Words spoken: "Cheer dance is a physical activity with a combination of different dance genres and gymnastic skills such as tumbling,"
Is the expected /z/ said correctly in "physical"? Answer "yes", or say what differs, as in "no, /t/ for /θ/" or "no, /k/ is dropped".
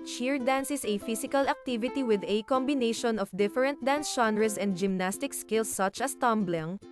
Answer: no, /s/ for /z/